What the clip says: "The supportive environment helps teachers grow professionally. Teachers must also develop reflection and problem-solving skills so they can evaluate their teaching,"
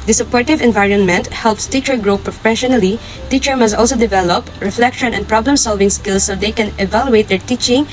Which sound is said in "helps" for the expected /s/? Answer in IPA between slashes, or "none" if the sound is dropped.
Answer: /s/